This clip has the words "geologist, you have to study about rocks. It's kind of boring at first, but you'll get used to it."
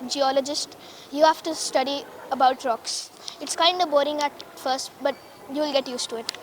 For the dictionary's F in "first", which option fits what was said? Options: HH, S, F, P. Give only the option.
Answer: F